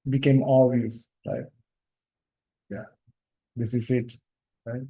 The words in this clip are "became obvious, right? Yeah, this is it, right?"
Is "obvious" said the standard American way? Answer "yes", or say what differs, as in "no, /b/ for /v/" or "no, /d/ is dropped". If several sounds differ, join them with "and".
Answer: no, /b/ is dropped